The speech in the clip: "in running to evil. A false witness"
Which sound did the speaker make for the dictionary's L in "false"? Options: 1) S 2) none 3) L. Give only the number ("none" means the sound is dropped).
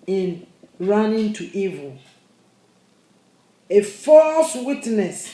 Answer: 3